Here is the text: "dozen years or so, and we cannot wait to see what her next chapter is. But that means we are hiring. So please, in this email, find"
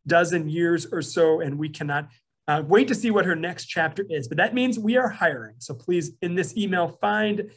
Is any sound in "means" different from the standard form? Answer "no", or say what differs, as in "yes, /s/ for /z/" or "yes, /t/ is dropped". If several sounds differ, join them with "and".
no